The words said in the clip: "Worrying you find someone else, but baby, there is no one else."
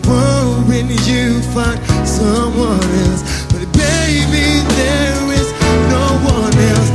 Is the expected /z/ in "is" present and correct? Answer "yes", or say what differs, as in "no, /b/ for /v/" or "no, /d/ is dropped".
yes